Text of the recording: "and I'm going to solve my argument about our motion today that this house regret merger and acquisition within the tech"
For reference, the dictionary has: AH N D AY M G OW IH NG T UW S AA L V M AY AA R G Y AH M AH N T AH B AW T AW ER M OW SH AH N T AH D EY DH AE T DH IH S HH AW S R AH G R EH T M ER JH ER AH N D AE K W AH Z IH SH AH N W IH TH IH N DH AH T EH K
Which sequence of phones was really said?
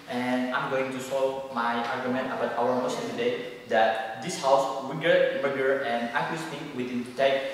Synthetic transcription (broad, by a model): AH N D AY M G OW IH NG T UW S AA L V M AY AA R G Y AH M AH N T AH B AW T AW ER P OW S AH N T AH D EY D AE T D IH S HH AW S W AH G EH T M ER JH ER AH N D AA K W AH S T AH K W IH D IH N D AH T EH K